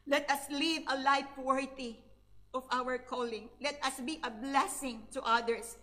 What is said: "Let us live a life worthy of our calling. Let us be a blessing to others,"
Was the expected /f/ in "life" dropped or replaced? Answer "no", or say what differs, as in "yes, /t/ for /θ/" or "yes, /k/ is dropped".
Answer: yes, /p/ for /f/